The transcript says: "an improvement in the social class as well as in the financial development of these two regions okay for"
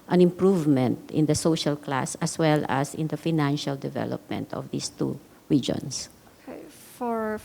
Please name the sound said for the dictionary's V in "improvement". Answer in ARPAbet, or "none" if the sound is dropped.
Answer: V